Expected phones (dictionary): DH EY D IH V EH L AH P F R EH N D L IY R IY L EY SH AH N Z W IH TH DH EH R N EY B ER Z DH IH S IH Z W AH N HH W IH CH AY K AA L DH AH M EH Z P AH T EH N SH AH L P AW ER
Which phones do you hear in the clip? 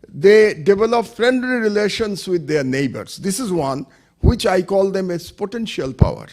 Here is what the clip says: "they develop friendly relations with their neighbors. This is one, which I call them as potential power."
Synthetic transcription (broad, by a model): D EY D IH V EH L AH P F R EH N D L IY R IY L EY SH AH N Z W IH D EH R N EY B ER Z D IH S IH Z W AH N HH W IH CH AY K AA L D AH M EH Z P AH T EH N SH AH L P AW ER